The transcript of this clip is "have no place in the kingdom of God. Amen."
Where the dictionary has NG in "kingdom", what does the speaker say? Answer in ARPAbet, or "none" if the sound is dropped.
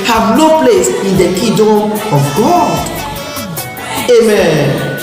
none